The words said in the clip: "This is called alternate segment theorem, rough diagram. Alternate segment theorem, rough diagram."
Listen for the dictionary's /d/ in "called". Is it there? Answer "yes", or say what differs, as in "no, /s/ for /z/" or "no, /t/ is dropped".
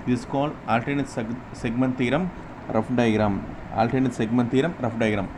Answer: no, /d/ is dropped